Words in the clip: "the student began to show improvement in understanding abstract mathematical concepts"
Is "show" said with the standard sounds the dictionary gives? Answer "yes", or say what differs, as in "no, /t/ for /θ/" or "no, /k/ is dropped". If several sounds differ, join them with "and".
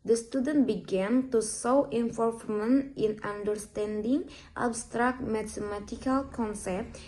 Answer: no, /s/ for /ʃ/